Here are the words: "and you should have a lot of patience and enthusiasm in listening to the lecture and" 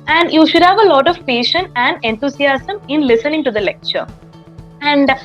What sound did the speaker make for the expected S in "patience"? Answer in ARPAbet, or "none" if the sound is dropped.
none